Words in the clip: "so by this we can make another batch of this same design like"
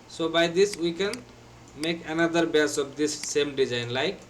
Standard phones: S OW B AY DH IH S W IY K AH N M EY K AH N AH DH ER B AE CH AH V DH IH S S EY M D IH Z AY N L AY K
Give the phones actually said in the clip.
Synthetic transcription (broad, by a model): S OW B AY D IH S W IY K AH N M EY K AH N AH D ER B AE S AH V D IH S S EY M D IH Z AY N L AY K